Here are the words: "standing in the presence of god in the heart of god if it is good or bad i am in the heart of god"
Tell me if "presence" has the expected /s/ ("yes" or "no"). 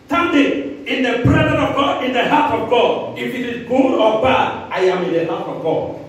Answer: no